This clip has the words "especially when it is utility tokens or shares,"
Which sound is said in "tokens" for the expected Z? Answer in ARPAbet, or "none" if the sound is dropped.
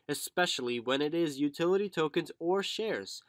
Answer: Z